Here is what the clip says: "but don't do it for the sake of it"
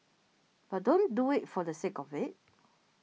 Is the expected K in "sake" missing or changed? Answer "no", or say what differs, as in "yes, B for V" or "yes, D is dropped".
no